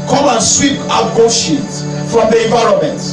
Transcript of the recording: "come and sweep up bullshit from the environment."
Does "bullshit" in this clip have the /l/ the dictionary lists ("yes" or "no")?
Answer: no